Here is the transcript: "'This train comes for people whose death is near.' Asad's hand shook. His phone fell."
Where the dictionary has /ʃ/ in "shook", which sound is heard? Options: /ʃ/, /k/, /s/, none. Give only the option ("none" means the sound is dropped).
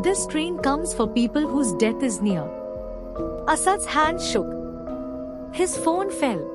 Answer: /ʃ/